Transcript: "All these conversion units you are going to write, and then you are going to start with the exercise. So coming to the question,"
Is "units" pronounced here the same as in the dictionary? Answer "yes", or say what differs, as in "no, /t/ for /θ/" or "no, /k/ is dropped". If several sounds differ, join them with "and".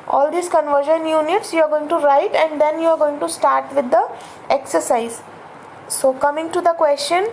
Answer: yes